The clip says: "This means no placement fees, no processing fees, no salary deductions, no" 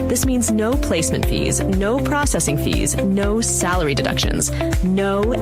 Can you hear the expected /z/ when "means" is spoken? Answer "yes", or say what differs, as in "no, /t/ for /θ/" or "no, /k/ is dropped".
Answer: yes